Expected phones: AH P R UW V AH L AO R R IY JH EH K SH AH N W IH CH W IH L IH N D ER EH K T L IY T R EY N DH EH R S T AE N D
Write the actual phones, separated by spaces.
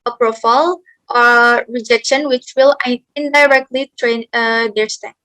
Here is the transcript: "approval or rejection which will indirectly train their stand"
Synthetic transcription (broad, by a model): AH P R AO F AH L AO R R IY JH EH K SH AH N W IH CH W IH L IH N D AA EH K T L IY T R EY N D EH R S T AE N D